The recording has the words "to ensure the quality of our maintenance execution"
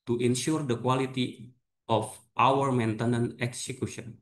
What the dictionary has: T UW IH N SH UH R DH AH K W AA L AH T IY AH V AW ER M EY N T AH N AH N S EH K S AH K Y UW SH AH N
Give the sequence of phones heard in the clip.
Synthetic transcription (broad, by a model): T UW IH N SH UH R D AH K W AA L AH T IY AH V AW ER M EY N T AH N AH N EH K S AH K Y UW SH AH N